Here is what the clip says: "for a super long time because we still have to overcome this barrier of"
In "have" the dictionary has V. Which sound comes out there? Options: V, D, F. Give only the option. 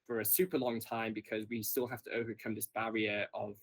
F